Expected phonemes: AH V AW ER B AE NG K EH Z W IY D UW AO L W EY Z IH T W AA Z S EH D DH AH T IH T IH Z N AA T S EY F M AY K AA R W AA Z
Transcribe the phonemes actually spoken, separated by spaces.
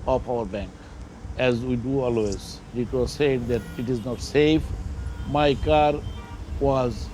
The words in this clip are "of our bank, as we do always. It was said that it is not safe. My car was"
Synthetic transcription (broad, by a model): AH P AW ER B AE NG K EH Z W IY D UW AO L W EY Z IH T W AA Z S EH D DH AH T IH T IH Z N AA T S EY F M AY K AA R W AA Z